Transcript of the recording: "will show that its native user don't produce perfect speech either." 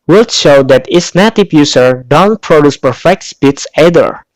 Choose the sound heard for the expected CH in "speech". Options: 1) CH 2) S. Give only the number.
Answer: 2